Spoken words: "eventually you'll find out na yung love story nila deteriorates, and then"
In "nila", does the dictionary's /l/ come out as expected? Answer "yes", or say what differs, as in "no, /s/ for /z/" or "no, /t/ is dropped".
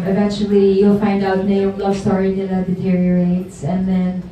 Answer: no, /n/ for /l/